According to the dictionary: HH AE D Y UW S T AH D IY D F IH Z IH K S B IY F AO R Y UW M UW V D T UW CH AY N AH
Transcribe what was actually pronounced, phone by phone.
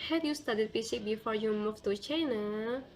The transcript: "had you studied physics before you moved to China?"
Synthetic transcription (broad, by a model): HH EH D Y UW S T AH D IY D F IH S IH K B IY F AO R Y UW M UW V T UW CH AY N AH